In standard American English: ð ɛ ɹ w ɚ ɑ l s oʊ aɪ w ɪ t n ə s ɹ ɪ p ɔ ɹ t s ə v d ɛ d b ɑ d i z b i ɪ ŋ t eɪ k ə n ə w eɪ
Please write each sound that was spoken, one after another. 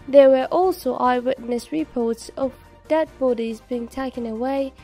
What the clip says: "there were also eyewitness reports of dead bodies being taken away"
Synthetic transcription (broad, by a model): ð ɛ w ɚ ɑ l s oʊ aɪ w ɪ t n ə s ɹ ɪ p ɔ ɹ t s ə v d ɛ d b ɑ d i z b i ɪ ŋ t eɪ k ə n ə w eɪ